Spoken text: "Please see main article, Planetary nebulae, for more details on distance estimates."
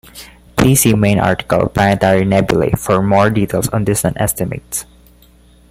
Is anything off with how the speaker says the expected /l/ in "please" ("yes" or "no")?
yes